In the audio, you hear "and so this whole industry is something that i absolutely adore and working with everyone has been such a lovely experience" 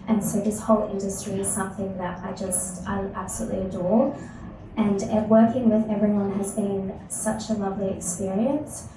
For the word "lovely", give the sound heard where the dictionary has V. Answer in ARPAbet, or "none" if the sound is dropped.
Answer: V